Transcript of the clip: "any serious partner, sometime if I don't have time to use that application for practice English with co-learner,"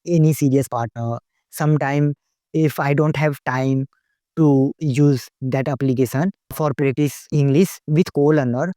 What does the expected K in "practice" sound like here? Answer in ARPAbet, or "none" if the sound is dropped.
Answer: none